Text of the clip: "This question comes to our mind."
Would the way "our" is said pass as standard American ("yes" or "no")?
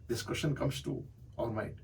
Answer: no